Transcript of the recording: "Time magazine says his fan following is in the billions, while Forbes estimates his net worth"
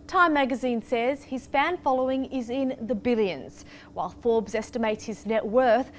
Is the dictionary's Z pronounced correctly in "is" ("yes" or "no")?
yes